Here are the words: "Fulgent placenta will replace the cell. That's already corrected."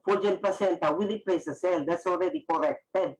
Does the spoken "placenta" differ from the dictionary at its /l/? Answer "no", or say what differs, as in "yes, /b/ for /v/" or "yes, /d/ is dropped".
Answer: yes, /l/ is dropped